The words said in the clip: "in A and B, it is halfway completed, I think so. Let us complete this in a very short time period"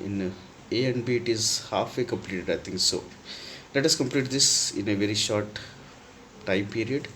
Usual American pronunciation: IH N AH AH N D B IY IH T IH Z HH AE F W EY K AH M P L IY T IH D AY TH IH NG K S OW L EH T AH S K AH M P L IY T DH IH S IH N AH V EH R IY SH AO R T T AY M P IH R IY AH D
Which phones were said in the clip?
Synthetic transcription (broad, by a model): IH N AH AH N D B IY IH T IH Z HH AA F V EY K AH M P L IY T IH D AY T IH NG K S OW L EH T AH S K AH M P L IY T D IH S IH N AH V EH R IY SH AO R T T AY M P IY R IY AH D